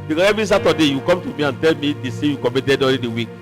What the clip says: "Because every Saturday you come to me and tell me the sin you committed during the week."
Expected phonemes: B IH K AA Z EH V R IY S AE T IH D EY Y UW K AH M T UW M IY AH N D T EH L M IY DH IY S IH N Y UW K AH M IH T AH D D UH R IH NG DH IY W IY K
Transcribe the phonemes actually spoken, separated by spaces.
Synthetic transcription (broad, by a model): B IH K AA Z EH V R IY S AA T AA D EY Y UW K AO M T UW M IY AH N T EH L M IY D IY S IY Y UW K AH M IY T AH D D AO L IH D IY W IY K